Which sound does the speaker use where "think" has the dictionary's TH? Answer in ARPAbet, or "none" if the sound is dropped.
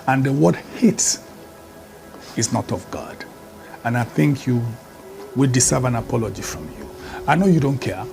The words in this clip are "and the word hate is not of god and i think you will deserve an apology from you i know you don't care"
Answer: TH